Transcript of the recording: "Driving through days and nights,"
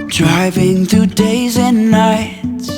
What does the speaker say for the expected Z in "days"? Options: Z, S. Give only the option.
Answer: Z